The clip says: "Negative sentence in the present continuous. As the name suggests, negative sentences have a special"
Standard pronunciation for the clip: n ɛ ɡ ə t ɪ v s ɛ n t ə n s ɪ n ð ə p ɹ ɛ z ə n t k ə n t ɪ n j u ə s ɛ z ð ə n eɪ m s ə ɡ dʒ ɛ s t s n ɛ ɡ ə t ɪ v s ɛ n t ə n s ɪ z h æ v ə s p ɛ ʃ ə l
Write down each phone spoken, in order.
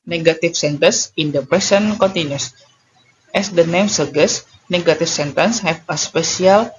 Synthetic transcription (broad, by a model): n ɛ ɡ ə t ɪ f s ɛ n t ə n s ɪ n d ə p ɹ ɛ s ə n k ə n t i n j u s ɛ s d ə n eɪ m s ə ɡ ɛ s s n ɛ ɡ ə t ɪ f s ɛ n t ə n s h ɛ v ə s p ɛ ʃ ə l